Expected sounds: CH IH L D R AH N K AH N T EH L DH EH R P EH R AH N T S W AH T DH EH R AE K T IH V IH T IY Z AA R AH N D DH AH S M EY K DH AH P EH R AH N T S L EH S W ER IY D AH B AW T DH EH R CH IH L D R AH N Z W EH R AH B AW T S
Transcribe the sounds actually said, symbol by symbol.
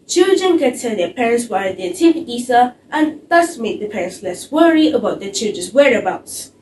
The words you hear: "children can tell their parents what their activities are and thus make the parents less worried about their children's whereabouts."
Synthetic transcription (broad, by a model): CH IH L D R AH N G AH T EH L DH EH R P EH R AH N T S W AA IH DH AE T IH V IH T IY S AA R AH N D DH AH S M EY K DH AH P EH R AH N T S L EH S W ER IY AH B AW T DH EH CH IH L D R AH N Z W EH R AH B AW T S